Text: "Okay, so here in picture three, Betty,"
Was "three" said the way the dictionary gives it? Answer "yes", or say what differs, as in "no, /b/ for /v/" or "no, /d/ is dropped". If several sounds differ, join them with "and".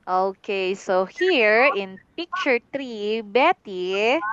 no, /t/ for /θ/